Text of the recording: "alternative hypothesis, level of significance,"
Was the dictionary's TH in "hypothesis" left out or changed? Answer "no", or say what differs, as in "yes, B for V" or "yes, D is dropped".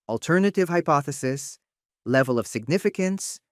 no